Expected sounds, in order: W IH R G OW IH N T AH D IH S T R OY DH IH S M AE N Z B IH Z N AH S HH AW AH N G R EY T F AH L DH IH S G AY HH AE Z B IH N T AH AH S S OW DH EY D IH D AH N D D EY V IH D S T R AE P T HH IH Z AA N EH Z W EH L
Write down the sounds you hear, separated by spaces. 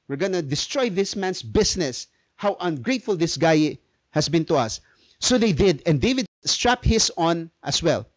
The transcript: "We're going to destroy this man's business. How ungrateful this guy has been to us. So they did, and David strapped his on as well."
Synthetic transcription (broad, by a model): W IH R G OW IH N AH D IH S T R OY DH IH S M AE N S B IH S N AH S HH AW AH N G R EY T F AH L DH IH S G AY HH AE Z B IH N T AH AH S S OW DH EY D IH D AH N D D EY V IH D S T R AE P HH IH S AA N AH S W EH L